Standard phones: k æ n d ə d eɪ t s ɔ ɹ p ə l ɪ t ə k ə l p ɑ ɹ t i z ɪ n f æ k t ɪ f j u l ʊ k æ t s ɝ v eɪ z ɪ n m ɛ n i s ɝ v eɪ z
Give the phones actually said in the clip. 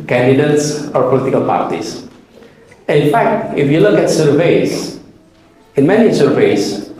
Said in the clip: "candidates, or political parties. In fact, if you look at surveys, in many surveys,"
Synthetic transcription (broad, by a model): k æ n d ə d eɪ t s ɔ ɹ p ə l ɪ t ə k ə l p ɑ ɹ t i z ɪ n f æ k t ɪ f j u l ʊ k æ t s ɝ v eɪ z ɪ n m ɛ n i s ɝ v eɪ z